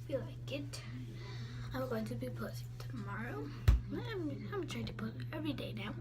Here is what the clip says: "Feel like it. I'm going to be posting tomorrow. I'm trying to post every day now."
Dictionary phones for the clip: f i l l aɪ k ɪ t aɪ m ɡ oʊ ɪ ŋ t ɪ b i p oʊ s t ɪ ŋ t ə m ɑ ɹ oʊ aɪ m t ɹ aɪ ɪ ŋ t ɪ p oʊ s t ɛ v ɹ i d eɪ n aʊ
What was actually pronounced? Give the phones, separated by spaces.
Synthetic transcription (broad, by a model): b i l l aɪ k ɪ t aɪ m ɡ oʊ ɪ ŋ t ɪ b i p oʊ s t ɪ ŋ t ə m ɑ ɹ oʊ aɪ m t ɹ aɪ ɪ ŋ t ɪ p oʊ t ɛ v ɹ i d eɪ n aʊ